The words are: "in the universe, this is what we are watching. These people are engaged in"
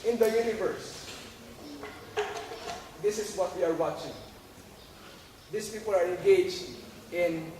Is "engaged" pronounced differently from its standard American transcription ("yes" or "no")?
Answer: yes